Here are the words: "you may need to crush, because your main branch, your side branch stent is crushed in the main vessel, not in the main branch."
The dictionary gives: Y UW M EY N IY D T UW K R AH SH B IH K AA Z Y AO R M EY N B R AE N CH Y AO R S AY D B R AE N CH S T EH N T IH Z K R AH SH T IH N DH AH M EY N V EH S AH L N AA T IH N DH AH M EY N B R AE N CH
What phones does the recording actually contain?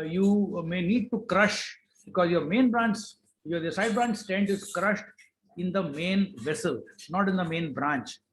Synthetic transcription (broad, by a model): Y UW M EY N IY D T UW K R AH SH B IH K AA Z Y AO R M EY N B R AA N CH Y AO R S AY D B R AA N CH S T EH N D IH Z K R AH SH T IH N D AH M EY N V EH S AH L N AA T IH N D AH M EY N B R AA N CH